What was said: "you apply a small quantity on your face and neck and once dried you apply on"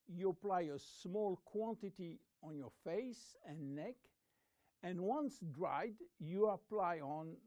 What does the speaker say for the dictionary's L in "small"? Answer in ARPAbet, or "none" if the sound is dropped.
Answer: L